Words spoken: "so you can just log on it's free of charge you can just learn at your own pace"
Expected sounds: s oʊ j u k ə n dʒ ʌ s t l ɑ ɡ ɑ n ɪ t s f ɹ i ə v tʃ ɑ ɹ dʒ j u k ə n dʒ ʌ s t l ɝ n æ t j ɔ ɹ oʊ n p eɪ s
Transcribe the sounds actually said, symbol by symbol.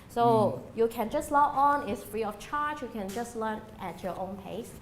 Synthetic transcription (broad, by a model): s oʊ j u k ə n dʒ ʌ s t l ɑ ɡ ɑ n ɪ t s f ɹ i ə f tʃ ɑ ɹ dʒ j u k ə n dʒ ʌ s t l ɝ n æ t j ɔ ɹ oʊ n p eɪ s